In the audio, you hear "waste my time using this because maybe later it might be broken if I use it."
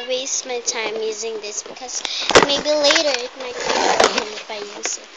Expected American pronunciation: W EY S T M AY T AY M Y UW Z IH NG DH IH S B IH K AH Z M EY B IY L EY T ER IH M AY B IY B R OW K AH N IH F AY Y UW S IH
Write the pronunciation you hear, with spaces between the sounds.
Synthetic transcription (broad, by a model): W EY S T M AY T AY M Y UW Z IH NG DH IH S B IH K AH Z M EY B IY L EY T ER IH M AY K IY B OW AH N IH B AY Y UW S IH